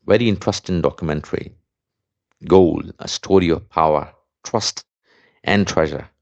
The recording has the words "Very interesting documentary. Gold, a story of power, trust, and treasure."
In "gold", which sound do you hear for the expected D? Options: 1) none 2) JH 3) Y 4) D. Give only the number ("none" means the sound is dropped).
1